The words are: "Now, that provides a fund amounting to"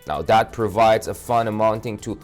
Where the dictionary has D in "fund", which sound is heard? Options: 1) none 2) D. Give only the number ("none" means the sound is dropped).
1